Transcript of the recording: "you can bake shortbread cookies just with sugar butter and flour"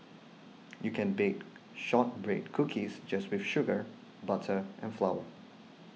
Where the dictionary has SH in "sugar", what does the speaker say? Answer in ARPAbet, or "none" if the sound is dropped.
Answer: SH